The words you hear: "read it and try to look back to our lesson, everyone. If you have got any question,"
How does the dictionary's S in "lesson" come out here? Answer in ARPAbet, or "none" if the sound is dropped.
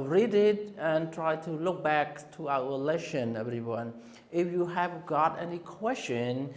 SH